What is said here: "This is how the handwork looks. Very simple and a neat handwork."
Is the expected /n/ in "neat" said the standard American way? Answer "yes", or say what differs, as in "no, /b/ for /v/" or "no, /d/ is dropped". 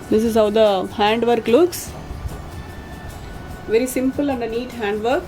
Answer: yes